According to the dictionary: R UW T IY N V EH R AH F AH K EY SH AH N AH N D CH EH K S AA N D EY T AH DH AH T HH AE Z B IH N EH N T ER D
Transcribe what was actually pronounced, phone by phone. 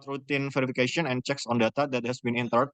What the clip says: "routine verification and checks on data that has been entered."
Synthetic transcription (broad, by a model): R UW T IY N F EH R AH F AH K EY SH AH N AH N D CH EH K S AA N D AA T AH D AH T HH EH S B IH N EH N T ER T